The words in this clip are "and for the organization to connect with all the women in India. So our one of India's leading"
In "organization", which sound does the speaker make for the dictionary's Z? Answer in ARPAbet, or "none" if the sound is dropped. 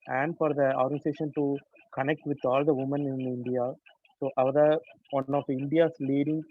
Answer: S